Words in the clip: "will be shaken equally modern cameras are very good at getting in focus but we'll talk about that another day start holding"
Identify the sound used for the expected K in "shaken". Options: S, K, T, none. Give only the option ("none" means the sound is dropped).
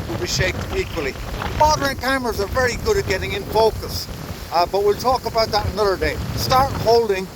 none